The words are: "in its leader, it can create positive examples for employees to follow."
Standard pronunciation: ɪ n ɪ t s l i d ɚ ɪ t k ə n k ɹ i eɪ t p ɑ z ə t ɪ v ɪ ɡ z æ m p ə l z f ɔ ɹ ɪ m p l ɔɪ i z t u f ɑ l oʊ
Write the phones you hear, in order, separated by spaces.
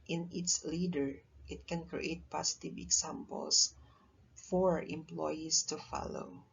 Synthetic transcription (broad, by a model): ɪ n ɪ t s l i d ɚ ɪ t k ə n k ɹ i eɪ t p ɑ s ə t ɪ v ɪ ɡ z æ m p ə l s f ɔ ɹ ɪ m p l ɔɪ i s t u f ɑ l oʊ